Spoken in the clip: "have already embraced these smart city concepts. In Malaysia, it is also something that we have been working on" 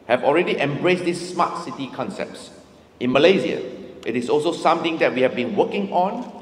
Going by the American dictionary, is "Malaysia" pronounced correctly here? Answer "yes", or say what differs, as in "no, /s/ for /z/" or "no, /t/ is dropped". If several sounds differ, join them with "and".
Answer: no, /z/ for /ʒ/